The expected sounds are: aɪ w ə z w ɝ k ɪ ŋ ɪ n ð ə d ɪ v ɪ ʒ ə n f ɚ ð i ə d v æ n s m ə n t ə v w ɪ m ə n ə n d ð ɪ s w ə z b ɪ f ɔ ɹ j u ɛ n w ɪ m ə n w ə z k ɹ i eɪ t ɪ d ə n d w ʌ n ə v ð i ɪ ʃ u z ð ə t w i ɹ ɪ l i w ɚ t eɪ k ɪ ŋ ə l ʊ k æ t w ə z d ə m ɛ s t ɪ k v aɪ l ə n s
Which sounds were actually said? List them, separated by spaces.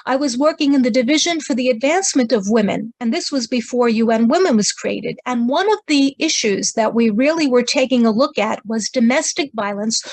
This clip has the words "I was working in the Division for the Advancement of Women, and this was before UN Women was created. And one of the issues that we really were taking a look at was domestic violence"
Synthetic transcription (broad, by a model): aɪ w ə z w ɝ k ɪ ŋ ɪ n ð ə d ɪ v ɪ ʒ ə n f ɚ ð i ə d v æ n s m ə n t ə v w ɪ m ə n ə n ð ɪ s w ə z b ɪ f ɔ ɹ j u ɛ n w ɪ m ə n w ə z k ɹ i eɪ t ɪ d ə n w ʌ n ə v ð i ɪ ʃ u z ð ə t w i ɹ ɪ l i w ɚ t eɪ k ɪ ŋ ə l ʊ k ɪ t w ə z d ə m ɛ s t ɪ k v aɪ l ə n s